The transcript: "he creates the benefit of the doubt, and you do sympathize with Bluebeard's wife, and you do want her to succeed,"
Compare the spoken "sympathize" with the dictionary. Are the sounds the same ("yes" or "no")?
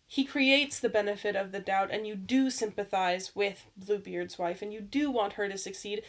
yes